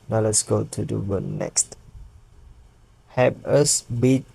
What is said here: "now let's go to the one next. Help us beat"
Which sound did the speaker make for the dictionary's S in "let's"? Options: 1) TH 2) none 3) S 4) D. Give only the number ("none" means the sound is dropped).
3